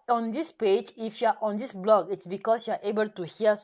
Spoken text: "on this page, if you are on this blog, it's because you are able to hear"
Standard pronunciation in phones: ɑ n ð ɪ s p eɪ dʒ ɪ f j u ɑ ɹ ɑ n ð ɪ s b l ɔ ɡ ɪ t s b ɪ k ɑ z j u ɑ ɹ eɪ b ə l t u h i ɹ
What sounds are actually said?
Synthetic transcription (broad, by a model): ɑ n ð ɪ s p eɪ dʒ ɪ f j u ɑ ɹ ɑ n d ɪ s b l ɔ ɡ ɪ t s b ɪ k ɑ s j u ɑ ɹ eɪ b ə l t u h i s